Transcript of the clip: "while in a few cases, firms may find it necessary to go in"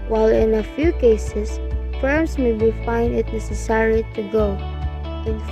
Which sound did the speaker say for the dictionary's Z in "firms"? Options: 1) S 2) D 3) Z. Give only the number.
1